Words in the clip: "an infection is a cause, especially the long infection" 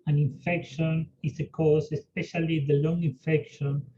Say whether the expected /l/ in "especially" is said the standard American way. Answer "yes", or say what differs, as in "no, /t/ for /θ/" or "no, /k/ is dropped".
yes